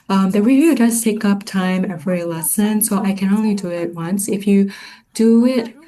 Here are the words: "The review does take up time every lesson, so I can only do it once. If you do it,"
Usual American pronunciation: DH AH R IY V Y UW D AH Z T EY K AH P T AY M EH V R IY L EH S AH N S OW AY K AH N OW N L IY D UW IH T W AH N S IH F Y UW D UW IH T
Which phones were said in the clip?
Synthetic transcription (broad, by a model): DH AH R IY V Y UW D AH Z T EY K AH P T AY M EH V R IY L EH S AH N S OW AY K AH N OW N L IY D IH IH T W AH N S IH F Y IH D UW IH T